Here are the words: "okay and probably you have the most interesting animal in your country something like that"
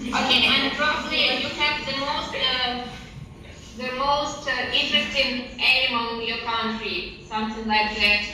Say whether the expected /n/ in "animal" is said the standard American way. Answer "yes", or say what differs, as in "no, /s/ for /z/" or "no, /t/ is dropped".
no, /n/ is dropped